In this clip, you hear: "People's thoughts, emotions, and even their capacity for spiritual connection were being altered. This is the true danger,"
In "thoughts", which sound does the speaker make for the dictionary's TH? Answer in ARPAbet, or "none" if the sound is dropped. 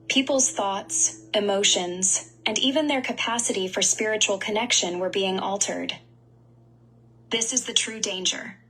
TH